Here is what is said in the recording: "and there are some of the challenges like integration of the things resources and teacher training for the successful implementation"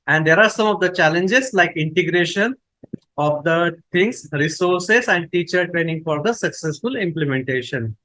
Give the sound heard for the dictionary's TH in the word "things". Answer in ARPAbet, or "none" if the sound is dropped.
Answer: T